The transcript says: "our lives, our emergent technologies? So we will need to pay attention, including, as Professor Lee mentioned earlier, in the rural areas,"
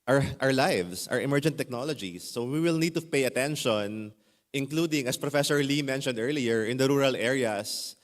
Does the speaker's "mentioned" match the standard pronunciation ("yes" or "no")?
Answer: yes